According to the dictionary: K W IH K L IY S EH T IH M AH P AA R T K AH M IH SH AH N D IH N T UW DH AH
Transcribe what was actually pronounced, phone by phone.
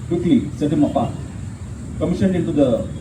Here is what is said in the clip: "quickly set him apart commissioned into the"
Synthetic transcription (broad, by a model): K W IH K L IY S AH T IH M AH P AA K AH M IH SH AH N IH N T UW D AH